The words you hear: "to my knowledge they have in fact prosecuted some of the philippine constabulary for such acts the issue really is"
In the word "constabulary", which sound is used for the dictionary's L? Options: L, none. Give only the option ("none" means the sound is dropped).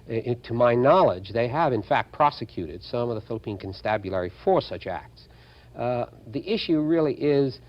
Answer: L